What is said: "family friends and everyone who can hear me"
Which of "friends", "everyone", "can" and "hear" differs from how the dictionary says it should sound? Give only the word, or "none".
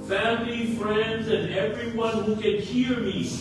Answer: none